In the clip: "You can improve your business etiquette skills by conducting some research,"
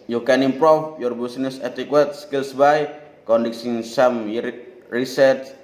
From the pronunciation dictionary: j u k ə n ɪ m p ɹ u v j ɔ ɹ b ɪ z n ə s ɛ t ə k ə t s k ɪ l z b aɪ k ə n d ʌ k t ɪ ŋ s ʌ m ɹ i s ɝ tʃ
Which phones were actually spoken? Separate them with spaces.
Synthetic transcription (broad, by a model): j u k ə n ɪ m p ɹ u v j ɔ ɹ b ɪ s n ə s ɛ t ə k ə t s k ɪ l s b aɪ k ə n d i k s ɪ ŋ s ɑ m ɹ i s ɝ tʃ